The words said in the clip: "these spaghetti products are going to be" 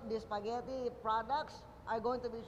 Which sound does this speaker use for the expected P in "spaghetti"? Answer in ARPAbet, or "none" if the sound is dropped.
P